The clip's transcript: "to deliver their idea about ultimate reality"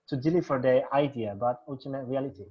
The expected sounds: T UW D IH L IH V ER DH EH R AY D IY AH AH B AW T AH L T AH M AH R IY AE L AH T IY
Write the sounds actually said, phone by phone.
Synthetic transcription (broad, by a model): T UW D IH L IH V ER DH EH AY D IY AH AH B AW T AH T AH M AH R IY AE L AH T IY